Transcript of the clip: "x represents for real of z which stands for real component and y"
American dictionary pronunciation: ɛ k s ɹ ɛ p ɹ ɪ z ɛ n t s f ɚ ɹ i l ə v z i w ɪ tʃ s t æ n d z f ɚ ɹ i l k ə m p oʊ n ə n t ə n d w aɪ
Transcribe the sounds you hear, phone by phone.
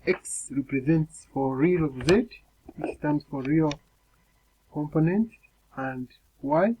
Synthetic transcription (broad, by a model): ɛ k s ɹ ɛ p ɹ ɪ z ɛ n t s f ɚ ɹ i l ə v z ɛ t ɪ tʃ s t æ n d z f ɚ ɹ i l k ə m p oʊ n ə n t ə n d w aɪ